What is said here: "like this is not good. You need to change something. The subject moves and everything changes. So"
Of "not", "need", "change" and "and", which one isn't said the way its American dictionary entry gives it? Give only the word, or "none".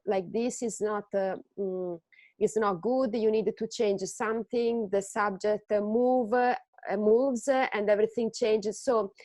none